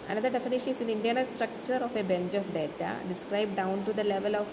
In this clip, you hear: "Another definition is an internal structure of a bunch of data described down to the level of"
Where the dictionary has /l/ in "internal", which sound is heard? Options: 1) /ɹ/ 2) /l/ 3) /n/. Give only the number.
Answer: 3